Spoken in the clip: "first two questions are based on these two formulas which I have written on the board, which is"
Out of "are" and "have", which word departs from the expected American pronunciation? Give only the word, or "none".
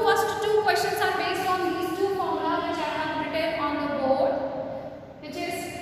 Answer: have